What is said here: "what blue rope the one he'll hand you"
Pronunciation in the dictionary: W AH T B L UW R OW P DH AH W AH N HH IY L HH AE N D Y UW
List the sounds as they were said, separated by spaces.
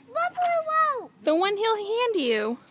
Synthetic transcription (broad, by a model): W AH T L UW W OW DH AH W AH N HH IY L HH AE N D Y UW